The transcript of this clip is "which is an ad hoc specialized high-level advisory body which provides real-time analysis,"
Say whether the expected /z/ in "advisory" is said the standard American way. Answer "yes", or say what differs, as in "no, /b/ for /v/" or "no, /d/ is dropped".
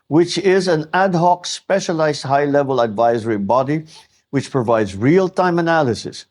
yes